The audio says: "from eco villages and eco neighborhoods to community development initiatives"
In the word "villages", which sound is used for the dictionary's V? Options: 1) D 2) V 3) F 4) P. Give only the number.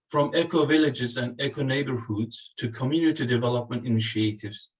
2